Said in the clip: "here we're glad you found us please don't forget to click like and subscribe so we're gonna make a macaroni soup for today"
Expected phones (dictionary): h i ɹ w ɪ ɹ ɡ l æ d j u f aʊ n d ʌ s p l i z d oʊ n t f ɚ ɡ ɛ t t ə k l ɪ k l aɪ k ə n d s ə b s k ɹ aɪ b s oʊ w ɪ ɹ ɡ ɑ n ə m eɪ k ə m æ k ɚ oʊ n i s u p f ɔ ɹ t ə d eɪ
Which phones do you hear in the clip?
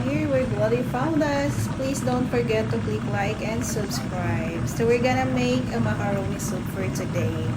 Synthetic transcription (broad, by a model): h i ɹ w ɪ ɹ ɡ w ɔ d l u f aʊ n d ʌ s p l i s d oʊ n t f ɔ ɡ ɛ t t ə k l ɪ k l aɪ k ə n d s ə b s k ɹ aɪ b s oʊ w ɪ ɹ ɡ ɑ n ə m eɪ k ə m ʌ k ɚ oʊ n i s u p f ɔ ɹ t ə d eɪ